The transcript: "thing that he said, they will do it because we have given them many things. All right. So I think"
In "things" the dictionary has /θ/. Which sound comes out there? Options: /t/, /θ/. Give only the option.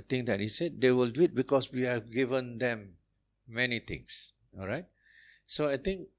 /t/